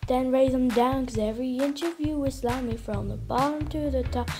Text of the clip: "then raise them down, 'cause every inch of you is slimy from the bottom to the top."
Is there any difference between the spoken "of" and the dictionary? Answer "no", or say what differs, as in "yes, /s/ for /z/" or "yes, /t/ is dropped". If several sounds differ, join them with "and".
no